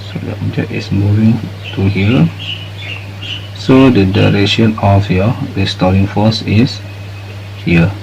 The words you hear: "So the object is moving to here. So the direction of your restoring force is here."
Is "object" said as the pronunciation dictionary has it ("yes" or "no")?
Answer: no